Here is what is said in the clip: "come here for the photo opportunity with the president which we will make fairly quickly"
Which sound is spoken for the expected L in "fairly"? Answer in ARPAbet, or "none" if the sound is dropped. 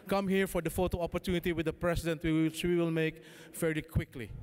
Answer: none